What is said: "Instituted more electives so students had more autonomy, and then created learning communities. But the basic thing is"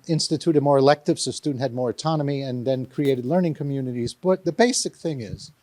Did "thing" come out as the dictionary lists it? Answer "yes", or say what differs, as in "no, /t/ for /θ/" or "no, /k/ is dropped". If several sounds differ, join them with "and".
yes